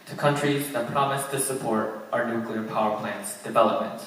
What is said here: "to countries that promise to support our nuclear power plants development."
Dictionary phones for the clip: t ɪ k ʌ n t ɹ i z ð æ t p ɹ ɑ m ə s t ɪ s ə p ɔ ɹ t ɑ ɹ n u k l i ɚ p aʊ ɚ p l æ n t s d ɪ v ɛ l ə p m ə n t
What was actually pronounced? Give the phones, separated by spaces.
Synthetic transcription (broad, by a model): t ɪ k ʌ n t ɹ i z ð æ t p ɹ ɑ m ə s t ɪ s ə p ɔ ɹ t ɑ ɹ n u k l i ɚ p aʊ ɚ p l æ n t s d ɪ v ɛ l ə p m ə n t